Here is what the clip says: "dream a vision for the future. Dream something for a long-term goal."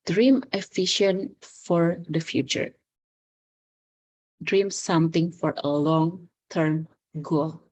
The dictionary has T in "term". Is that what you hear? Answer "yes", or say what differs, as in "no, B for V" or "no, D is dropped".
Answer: yes